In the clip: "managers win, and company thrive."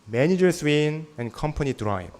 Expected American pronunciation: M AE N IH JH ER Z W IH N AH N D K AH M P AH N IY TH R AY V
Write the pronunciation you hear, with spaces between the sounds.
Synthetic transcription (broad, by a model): M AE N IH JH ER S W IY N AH N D K AH M P AH N IY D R AY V